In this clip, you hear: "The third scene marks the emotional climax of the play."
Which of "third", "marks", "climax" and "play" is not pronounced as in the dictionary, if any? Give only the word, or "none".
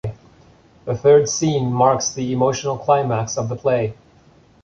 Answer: none